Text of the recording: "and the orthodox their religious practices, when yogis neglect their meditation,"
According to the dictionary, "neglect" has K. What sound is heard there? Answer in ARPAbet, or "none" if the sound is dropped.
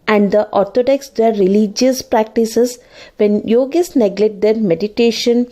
none